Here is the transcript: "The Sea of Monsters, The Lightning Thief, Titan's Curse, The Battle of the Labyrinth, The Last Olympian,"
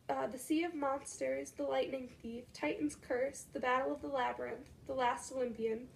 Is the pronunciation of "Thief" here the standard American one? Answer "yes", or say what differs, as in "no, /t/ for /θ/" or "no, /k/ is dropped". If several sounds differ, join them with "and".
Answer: yes